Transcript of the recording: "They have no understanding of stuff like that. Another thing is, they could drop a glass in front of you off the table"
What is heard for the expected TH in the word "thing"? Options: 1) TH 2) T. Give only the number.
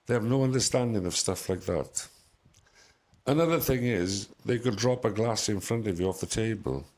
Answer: 1